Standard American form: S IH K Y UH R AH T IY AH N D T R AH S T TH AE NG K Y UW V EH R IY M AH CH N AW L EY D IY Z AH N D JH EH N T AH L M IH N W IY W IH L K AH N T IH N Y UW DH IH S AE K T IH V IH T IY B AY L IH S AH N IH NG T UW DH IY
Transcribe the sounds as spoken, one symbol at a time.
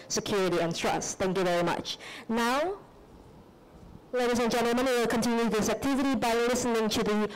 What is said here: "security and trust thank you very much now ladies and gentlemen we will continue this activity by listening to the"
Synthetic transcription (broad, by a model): S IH K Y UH R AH T IY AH N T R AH S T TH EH NG K Y UW V EH R IY M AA CH N AW L EY D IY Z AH N JH EH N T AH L M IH N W W IH L K AH N T IH N Y UW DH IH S AE K T IH V IH T IY B AY L IH S AH N IH NG T UW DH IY